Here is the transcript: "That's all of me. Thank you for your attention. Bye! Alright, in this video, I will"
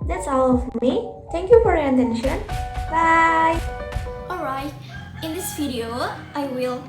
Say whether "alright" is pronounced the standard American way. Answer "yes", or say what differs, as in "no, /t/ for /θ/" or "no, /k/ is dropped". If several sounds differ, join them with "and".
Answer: yes